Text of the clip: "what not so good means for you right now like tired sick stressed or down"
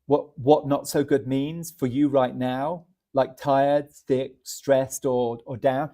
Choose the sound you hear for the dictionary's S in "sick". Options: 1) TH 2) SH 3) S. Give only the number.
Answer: 1